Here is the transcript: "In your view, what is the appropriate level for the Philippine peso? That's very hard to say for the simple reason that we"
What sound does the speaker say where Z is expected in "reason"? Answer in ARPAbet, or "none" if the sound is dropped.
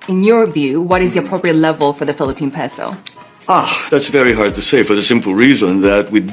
Z